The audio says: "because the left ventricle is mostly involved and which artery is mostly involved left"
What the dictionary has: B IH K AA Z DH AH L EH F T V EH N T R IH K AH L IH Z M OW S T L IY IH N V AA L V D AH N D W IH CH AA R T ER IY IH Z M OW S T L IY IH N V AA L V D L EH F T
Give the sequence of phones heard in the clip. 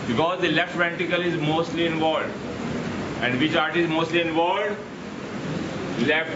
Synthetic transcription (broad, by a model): B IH K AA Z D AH L EH F T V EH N T IH K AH L IH Z M OW S T L IY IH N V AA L D AH N D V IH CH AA R T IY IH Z M OW S T L IY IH N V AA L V D L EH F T